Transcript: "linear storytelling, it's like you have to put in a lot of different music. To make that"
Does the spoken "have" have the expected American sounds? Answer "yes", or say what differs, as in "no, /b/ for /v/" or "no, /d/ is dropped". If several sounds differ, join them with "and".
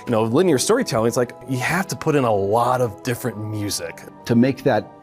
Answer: no, /f/ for /v/